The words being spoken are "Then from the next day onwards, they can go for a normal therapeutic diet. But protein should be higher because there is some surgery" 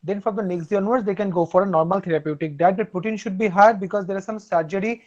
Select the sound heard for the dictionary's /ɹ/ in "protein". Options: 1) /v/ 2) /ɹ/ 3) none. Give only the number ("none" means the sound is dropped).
3